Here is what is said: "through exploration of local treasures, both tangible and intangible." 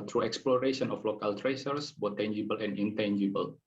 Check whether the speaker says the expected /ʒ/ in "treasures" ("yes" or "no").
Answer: no